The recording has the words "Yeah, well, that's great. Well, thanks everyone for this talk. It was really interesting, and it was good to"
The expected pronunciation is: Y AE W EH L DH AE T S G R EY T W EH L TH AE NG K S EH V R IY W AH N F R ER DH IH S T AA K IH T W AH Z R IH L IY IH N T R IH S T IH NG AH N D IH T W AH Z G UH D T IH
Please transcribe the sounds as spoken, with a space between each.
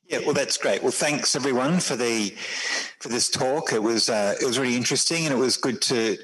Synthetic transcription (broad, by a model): Y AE W EH L DH AE T S G R EY T W EH L TH AE NG K S EH V R IY W AH N F R ER DH IH S T AA K IH T W AH Z R IH L IY IH N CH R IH S T IH NG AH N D IH T W AH Z G UH D T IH